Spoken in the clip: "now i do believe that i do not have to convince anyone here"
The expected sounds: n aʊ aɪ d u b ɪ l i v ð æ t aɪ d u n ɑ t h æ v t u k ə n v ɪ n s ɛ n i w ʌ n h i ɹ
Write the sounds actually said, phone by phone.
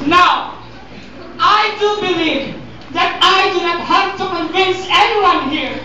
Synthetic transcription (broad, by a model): n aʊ aɪ d u b ɪ l i v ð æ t aɪ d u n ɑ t h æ p t u k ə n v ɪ n s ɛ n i w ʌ n h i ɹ